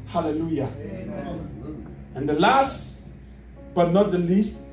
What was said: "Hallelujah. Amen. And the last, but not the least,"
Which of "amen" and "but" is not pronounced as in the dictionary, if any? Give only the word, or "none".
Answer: amen